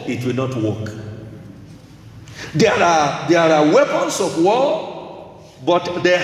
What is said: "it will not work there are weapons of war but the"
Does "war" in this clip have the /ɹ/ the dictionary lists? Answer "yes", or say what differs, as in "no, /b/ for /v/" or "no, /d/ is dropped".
no, /l/ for /ɹ/